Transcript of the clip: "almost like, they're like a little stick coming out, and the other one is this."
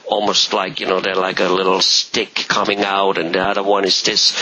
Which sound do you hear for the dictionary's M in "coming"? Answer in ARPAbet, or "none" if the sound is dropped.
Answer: M